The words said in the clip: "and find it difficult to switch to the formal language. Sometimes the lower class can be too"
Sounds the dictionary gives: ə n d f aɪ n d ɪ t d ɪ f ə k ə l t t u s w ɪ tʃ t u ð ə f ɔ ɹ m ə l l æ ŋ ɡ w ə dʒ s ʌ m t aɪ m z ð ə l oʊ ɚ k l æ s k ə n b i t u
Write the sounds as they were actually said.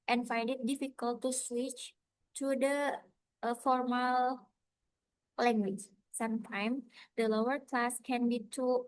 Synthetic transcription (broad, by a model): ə n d f aɪ n d ɪ t d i f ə k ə l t t u s w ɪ tʃ t u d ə f ɔ ɹ m ə l l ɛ ŋ ɡ w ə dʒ s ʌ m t aɪ m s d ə l oʊ ɚ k l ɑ s k ə n b i t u